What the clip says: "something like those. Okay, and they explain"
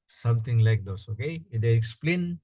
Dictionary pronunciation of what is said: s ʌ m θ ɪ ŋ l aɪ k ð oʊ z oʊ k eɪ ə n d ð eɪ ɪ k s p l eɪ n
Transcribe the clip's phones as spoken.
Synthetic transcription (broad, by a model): s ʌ m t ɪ ŋ l aɪ k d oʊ s oʊ k eɪ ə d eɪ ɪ k s p l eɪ n